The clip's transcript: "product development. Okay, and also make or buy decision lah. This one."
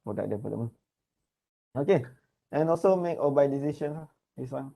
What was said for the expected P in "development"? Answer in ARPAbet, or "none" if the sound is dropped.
none